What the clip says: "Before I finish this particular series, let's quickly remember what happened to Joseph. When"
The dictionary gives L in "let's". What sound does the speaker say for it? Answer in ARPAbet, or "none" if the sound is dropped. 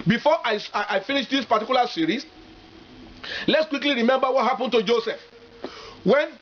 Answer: L